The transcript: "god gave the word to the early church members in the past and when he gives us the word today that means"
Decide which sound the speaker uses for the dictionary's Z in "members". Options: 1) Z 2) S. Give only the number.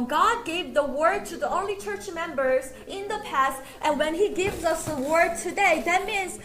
1